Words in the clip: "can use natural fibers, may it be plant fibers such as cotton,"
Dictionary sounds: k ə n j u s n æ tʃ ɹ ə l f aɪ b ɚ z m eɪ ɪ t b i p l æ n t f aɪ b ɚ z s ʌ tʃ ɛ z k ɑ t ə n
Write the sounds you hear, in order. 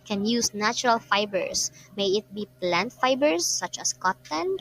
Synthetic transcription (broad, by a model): k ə n j u s n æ tʃ ɹ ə l f aɪ b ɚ s m eɪ ɪ t b i p l æ n t f aɪ b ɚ s ʌ tʃ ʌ s k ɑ t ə n